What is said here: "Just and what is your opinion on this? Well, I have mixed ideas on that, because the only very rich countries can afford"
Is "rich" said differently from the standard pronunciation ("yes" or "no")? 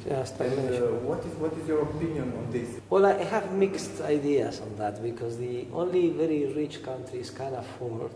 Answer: no